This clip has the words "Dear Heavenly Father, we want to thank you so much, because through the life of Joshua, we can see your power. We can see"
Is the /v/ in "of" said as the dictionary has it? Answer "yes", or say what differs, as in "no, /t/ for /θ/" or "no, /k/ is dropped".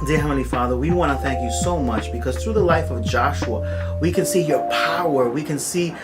yes